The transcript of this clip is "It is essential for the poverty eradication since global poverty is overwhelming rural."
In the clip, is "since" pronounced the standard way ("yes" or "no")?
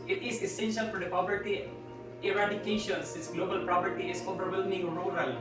no